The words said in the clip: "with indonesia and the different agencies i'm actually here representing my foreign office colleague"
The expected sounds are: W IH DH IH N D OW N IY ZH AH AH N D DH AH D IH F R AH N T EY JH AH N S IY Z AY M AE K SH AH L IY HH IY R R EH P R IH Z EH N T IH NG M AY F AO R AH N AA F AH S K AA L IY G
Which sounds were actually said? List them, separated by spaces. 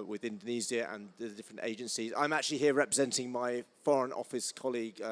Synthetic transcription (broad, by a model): W IH DH IH N D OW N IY Z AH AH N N DH AH D IH F R AH N T EY JH AH N S IY Z AY M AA K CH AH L IY HH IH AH R EH P R IH Z EH N T IH NG M AY F AO R AH N AA F AH S K AA L IY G